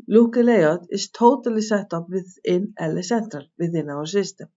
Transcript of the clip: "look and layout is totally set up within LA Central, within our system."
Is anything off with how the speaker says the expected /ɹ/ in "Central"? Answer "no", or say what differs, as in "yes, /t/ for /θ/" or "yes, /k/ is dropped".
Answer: no